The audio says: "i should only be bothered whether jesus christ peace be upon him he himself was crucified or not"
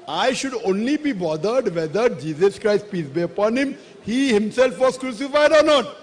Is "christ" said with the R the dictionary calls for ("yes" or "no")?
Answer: yes